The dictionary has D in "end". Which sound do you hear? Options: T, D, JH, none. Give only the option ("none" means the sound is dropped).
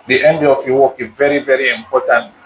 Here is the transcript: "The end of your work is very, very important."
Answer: D